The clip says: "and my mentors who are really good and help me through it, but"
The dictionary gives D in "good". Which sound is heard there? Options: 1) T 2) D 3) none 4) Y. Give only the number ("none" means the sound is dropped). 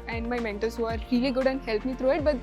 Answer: 2